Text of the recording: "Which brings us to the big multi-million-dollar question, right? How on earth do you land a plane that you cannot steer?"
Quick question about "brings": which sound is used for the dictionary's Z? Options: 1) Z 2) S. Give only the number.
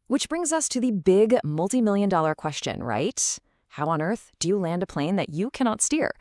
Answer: 1